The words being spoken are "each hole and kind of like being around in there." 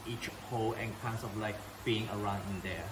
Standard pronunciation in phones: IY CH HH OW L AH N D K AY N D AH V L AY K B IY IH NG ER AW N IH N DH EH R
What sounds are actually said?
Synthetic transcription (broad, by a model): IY CH HH OW L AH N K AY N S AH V L AY K B IY IH NG ER AW N IH N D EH